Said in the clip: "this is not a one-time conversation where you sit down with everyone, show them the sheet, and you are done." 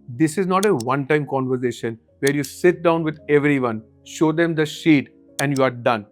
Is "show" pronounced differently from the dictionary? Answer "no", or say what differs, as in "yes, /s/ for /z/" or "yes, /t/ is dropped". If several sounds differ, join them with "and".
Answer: no